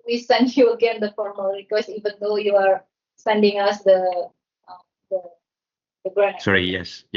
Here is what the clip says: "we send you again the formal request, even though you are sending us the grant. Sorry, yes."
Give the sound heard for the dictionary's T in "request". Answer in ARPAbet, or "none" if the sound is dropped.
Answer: none